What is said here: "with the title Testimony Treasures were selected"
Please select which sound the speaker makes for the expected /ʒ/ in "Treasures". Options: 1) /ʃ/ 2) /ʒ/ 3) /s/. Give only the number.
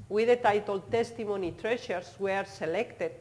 1